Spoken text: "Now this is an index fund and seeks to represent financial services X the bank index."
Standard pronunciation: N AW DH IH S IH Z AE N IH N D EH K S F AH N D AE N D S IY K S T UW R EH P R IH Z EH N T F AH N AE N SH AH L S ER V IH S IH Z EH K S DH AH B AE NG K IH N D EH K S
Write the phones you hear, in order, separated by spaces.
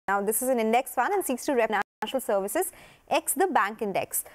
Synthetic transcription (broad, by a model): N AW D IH S IH Z AE N IH N D EH K S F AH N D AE N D S IY K S T UW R R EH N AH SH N AH L S ER V IH S IH Z EH K S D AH B AE NG K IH N D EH K S